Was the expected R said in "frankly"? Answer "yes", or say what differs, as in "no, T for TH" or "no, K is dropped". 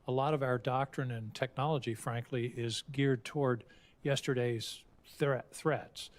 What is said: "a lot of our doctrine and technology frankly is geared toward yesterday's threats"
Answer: yes